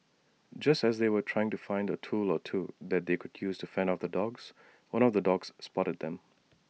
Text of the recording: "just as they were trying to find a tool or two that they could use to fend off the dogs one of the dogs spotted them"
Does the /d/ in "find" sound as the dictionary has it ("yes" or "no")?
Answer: yes